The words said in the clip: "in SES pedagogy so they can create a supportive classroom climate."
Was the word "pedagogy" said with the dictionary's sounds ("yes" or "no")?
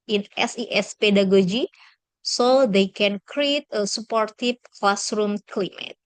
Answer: yes